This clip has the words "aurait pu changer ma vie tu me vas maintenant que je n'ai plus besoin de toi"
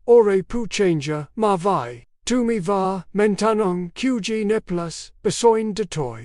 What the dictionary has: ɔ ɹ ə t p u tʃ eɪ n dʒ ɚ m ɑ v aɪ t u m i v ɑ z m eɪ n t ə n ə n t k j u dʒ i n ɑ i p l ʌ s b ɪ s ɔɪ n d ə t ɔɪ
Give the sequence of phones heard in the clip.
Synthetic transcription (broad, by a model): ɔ ɹ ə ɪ p u tʃ eɪ n dʒ ɚ m ɑ v aɪ t u m i v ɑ m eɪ n t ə n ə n k j u dʒ i n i p l ʌ s b ɪ s ɔɪ n d ə t ɔɪ